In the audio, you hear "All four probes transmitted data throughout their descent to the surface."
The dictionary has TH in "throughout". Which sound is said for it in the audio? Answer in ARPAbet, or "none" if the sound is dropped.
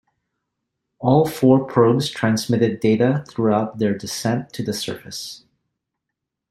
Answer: TH